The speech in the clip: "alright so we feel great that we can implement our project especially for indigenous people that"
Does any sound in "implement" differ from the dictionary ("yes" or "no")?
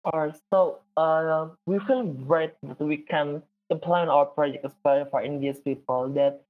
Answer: yes